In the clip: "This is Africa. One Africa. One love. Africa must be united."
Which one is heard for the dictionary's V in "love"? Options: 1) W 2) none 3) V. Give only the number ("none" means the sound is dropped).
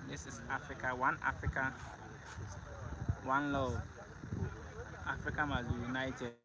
2